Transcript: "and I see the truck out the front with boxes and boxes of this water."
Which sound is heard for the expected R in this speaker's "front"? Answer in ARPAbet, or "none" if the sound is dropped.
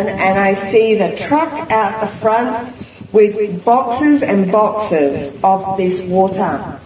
R